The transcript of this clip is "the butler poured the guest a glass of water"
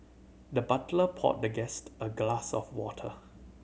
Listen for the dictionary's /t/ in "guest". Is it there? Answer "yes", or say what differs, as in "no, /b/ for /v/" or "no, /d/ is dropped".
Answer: yes